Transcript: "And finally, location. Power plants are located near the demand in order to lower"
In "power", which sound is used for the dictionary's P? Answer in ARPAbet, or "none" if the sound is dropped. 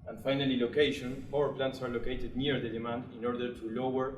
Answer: F